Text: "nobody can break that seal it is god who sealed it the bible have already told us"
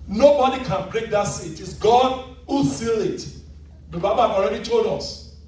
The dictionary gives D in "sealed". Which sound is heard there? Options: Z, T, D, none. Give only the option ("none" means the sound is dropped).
none